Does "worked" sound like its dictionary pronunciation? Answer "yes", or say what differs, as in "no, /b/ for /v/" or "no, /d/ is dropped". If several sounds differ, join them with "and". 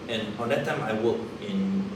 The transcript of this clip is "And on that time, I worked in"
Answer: no, /t/ is dropped